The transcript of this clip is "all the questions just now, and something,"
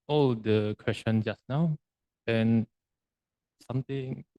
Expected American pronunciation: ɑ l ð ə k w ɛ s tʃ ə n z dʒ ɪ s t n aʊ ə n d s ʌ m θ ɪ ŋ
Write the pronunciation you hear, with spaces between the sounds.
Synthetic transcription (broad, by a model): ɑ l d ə k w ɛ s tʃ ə n dʒ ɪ s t n aʊ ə n s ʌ m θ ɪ ŋ